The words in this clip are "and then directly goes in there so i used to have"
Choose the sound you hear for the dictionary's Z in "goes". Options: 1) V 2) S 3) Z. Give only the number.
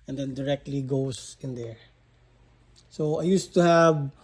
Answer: 2